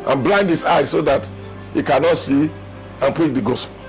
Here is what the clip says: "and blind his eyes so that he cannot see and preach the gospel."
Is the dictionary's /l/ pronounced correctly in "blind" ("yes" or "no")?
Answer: yes